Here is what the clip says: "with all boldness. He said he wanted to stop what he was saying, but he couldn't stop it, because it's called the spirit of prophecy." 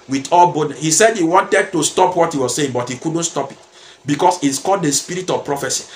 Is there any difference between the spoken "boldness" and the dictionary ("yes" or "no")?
yes